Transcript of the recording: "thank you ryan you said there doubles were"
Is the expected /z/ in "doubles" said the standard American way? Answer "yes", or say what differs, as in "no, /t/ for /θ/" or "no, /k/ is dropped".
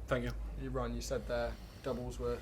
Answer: yes